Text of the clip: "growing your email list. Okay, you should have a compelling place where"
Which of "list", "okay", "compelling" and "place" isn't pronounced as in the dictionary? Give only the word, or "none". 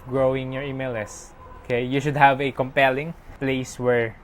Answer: list